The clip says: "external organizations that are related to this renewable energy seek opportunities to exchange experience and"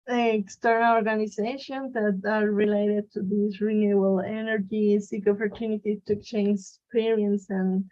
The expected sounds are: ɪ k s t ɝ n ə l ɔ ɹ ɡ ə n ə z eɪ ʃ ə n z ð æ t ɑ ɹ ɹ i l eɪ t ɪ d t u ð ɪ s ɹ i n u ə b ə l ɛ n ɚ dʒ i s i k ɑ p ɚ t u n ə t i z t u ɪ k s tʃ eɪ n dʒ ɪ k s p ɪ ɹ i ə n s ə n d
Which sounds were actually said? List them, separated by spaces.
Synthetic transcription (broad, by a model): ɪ k s t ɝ n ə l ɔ ɹ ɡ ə n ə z eɪ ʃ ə n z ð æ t ɑ ɹ ɹ i l eɪ t ɪ d t u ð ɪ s ɹ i n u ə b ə l ɛ n ɚ dʒ i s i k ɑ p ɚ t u n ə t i t u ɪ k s tʃ eɪ n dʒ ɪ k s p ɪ ɹ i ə n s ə n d